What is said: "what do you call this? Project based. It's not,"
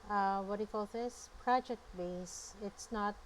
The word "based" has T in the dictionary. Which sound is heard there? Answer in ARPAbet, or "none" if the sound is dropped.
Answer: none